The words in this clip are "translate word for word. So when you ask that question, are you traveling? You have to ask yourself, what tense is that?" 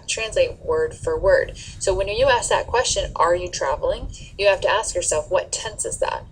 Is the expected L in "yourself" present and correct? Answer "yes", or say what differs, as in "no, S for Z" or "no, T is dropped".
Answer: yes